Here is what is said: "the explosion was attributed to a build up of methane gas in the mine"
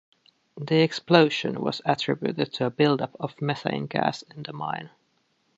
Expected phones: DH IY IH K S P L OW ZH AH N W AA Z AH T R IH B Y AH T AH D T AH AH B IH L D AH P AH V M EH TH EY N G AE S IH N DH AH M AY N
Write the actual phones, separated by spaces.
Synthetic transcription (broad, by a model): DH IY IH K S P L OW SH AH N W AA Z AH T R IH B Y AH T AH D T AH AH B IH L D AH P AH V M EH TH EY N G AE S IH N DH AH M AY N